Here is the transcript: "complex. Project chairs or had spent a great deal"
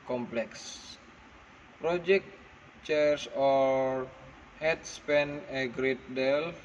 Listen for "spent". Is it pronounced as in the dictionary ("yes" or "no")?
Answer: no